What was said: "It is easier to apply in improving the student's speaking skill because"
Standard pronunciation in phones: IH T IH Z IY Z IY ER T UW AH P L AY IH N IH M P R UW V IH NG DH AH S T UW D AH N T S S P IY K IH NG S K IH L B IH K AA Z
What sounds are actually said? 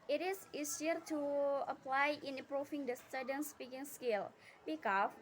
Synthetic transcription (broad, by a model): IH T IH S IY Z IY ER T UW AH P L AY IH N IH P R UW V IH NG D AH S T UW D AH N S S P IY K IH NG S K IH L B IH K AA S